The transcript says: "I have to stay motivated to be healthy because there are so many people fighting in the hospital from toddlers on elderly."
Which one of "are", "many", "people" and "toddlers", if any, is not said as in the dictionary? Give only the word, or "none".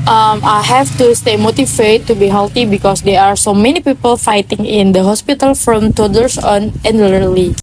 toddlers